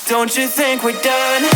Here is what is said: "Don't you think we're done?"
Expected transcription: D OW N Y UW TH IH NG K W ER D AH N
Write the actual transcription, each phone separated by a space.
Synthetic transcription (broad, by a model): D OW N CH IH TH IH NG K W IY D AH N